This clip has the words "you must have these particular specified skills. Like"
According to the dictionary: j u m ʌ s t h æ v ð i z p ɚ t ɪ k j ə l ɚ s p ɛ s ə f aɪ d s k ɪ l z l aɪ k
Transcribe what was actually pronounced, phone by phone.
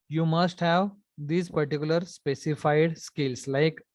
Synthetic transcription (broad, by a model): j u m ʌ s t h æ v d i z p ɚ t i k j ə l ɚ s p ɛ s ə f aɪ d s k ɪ l s l aɪ k